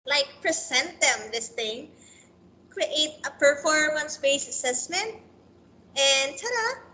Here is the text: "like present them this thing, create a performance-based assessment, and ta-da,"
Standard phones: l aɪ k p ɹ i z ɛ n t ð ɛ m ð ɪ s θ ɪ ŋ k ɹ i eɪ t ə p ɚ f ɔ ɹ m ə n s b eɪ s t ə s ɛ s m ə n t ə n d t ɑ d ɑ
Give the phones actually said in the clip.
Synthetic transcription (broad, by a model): l aɪ k p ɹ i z ɛ n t ð ɛ m ð ɪ s θ ɪ ŋ k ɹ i eɪ t ə p ɚ f ɔ ɹ m ə n s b eɪ s ə s ɛ s m ə n t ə n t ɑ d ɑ